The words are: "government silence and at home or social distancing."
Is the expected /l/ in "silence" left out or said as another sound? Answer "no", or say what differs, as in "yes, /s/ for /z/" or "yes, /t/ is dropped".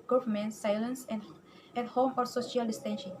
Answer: no